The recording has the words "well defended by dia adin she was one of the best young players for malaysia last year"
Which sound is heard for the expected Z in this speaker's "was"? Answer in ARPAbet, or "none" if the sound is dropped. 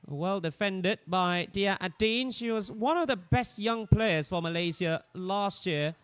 Z